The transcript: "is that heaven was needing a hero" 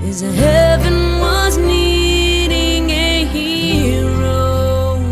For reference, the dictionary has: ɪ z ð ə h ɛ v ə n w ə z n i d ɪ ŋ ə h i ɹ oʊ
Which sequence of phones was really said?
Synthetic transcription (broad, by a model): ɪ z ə h ɛ v ə n w ə z n i d ɪ ŋ ə h i ɹ oʊ